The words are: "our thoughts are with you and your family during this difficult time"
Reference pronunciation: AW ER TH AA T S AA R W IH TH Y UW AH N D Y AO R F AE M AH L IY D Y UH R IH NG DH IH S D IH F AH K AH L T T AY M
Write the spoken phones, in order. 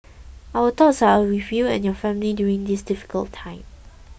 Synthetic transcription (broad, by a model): AW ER T AA T S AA R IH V Y UW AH N Y AO F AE M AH L IY D Y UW R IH NG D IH S D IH F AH K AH L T T AY M